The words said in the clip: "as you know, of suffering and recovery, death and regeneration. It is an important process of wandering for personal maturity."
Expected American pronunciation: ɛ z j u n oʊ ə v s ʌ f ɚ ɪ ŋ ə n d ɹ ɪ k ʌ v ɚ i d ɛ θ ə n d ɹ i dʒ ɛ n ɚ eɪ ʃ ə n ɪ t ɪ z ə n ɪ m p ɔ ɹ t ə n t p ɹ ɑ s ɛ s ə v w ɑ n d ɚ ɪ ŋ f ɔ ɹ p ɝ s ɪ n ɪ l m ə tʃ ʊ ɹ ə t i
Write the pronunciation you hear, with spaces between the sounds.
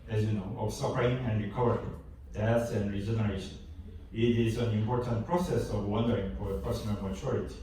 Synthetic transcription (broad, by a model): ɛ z j u n oʊ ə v s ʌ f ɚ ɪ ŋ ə n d ɹ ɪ k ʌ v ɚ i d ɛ s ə n ɹ i dʒ ɛ n ɚ eɪ ʃ ə n ɪ t ɪ z ə n ɪ m p ɔ ɹ t ə n t p ɹ ɑ s ɛ s ə v w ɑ n d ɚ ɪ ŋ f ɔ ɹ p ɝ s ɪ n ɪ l m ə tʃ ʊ ɹ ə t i